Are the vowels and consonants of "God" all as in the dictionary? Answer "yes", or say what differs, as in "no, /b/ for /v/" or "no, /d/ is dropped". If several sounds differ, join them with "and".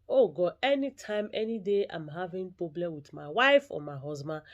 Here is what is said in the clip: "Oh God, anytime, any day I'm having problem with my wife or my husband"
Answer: no, /d/ is dropped